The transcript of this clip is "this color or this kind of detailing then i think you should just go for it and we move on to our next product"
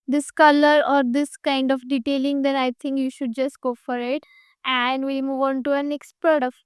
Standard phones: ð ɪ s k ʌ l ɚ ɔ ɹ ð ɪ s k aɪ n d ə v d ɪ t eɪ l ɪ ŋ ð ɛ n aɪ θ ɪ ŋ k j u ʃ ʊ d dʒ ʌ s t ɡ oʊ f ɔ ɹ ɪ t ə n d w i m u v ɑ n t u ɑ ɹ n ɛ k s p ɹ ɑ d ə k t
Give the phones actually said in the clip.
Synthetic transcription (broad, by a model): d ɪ s k ʌ l ɚ ɔ ɹ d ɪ s k aɪ n d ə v d ɪ t eɪ l ɪ ŋ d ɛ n aɪ t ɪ ŋ k j u ʃ ʊ d dʒ ʌ s t ɡ oʊ f ɔ ɹ ɪ t ə n d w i m u v ɑ n t u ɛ n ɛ k s p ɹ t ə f